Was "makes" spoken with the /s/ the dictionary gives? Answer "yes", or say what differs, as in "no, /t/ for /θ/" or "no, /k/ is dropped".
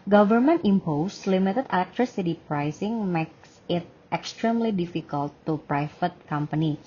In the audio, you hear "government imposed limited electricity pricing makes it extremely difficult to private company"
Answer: yes